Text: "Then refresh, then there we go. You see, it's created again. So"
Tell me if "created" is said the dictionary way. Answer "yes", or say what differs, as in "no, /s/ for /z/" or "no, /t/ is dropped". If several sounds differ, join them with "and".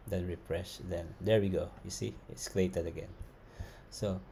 no, /l/ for /ɹ/